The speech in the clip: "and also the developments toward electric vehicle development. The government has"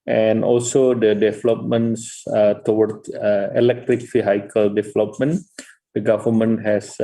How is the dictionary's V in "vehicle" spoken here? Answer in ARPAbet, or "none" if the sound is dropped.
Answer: F